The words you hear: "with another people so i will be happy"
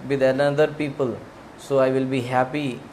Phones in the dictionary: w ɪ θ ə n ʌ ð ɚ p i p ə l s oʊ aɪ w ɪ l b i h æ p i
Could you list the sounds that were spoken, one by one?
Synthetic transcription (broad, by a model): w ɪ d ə l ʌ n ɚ p i p ə l s oʊ aɪ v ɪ l b i h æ p i